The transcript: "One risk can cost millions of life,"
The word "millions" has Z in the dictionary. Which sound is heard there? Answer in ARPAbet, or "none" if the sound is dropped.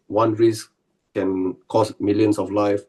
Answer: S